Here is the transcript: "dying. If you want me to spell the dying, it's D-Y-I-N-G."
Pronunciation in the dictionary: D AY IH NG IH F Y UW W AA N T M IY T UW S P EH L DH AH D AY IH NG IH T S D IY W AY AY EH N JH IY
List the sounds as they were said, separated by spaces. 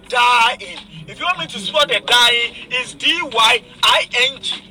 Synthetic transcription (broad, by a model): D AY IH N IH F Y UW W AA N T M IY T UW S AO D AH D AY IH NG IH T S D IY W AY AY EH N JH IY